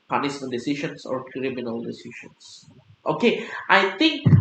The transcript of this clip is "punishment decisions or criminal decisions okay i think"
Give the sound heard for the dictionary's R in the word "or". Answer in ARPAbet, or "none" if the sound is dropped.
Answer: R